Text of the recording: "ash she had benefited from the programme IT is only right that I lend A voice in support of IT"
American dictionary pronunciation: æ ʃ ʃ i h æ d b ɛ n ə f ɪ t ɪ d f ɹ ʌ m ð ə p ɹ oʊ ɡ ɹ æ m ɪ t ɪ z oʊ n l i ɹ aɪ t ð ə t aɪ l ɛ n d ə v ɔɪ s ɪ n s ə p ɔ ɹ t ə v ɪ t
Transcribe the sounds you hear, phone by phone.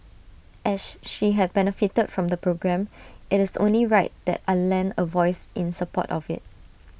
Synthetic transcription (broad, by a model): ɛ s ʃ i h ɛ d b ɛ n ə f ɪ t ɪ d f ɹ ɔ m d ə p ɹ oʊ ɡ ɹ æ m ɪ t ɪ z oʊ n l i ɹ aɪ t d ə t aɪ l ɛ n ə v ɔɪ s ɪ n s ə p ɔ t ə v ɪ t